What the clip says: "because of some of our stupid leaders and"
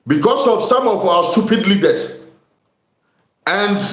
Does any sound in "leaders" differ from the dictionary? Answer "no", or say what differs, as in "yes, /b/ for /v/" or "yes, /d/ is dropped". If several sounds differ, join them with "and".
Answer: yes, /s/ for /z/